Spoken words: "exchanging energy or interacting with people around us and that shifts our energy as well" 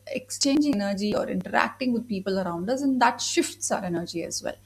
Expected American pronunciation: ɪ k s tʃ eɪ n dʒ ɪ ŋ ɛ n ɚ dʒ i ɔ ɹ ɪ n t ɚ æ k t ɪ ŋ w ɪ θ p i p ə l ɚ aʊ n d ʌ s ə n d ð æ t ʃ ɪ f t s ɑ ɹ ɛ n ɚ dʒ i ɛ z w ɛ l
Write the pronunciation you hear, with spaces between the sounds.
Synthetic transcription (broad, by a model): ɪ k s tʃ eɪ n dʒ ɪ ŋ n ɚ dʒ i ɔ ɹ ɪ n t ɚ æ k t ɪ ŋ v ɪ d p i p ə l ɚ aʊ n d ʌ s ə n d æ t ʃ ɪ f t s ɑ ɹ ɛ n ɚ dʒ i ɛ z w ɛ l